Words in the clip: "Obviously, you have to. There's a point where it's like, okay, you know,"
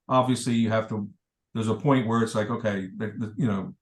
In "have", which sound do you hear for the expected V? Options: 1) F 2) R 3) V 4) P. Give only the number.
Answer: 1